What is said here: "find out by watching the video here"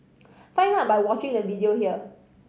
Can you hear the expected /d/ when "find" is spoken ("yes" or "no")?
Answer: no